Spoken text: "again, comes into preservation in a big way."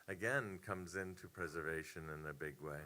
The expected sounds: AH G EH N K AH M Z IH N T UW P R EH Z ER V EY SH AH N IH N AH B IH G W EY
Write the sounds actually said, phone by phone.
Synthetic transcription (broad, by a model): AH G EH N K AH M Z IH N T UW P R EH Z ER V EY SH AH N IH N AH B IH G W EY